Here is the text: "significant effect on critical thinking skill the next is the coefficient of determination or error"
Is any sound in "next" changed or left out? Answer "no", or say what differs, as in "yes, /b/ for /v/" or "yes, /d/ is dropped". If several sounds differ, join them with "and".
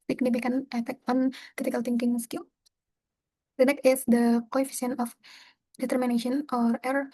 yes, /s/ is dropped